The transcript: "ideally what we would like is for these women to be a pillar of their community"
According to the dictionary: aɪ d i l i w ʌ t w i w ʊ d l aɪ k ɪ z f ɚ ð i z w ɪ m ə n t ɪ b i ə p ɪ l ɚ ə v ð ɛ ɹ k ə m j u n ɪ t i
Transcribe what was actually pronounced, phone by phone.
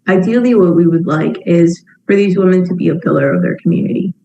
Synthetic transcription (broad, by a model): aɪ d i l i w ʌ t w i w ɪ d l aɪ k ɪ z f ɚ ð i z w ɪ m ə n t ɪ b i ə p ɪ l ɚ ə v ð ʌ ɹ k m j u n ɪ t i